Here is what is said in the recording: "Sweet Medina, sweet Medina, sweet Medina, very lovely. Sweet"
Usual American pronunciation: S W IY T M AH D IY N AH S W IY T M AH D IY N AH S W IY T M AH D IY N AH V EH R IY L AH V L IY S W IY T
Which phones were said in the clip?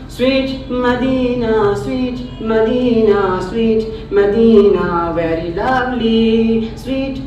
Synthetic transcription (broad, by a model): S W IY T M AH D IY N AH S W IY T M AH D IY N AH S W IY T M AH D IY N AH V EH R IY L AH B L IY S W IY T